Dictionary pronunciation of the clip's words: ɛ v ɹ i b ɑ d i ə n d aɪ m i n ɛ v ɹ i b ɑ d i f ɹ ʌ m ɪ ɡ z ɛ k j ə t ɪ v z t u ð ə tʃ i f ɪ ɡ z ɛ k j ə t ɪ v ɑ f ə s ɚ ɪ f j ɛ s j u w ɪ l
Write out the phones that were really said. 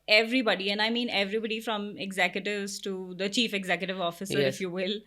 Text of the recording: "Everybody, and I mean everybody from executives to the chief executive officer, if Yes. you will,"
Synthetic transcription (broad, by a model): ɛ v ɹ i b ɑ d i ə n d aɪ m i n ɛ v ɹ i b ɑ d i f ɹ ʌ m ɪ ɡ z ɛ k j ə t ɪ v z t u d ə tʃ i f ɪ ɡ z ɛ k j ə t ɪ v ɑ f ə s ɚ ɪ f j j u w ɪ l